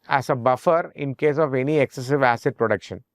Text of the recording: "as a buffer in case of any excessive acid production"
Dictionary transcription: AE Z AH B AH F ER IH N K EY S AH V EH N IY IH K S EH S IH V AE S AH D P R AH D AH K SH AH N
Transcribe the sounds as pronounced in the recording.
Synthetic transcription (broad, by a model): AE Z AH B AH F ER IH N K EY S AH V EH N IY IH K S EH S IH V AE S AH D P R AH D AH K SH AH N